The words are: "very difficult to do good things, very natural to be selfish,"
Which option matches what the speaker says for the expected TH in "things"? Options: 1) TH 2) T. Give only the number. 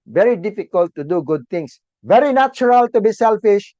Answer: 2